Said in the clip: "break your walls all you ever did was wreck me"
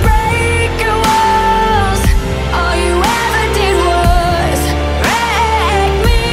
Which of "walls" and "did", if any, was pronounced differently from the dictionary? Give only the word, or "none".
walls